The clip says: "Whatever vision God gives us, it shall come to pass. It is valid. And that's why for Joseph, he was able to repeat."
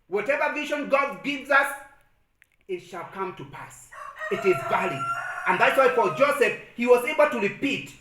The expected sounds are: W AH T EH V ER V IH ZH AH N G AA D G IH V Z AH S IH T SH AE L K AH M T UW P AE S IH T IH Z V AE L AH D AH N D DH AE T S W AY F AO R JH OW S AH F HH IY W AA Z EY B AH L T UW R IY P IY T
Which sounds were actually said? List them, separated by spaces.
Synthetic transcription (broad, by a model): W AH T EH V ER V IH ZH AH N G AA D G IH V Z AH S IH T SH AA L K AH M T UW P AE S IH T IH Z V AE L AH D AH N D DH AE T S W AY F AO L JH OW S AH F HH IY W AA Z EY B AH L T UW R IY P IY T